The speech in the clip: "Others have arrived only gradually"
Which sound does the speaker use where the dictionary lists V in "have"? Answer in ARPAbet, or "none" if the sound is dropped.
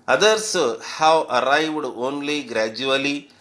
W